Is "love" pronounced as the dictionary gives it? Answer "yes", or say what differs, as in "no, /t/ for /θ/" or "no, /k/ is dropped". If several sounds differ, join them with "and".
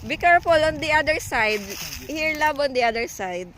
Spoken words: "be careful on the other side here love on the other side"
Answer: no, /b/ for /v/